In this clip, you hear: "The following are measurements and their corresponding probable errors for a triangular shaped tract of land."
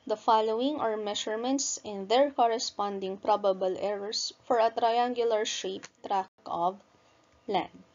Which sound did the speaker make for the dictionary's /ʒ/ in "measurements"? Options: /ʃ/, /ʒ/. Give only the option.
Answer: /ʃ/